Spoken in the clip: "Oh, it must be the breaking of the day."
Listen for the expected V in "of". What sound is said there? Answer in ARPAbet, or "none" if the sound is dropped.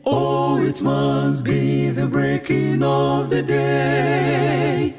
V